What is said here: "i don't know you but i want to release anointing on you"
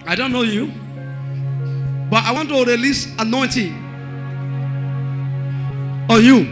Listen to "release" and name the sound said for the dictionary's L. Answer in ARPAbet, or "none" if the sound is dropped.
L